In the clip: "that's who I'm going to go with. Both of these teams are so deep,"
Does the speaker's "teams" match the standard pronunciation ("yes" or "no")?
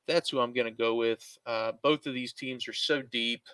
yes